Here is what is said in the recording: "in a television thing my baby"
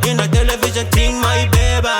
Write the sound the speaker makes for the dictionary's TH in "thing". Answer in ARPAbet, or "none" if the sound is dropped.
T